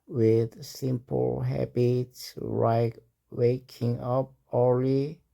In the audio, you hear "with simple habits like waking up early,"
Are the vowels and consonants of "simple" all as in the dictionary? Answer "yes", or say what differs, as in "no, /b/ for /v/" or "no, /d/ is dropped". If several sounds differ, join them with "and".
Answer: yes